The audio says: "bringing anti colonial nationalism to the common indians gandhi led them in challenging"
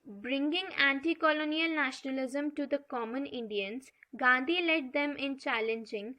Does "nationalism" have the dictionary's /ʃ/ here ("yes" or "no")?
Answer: yes